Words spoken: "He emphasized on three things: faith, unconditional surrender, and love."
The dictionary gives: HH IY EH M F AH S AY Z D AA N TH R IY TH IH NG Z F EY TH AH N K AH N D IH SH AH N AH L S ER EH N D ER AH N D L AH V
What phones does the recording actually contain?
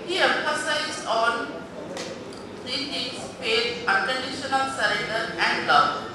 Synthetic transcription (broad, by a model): HH IY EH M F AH S AY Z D AA N T R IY T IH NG S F EY T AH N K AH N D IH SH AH N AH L S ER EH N D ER AH N D L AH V